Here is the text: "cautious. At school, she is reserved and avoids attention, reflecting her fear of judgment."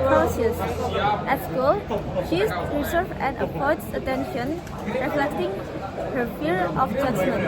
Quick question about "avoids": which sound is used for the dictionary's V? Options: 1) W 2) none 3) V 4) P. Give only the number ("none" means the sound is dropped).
4